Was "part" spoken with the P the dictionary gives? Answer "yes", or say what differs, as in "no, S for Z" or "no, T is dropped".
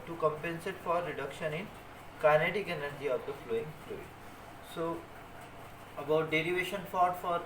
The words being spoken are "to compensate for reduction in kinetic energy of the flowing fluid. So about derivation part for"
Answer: no, F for P